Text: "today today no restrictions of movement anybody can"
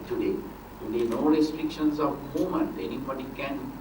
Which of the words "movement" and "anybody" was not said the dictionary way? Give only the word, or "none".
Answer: movement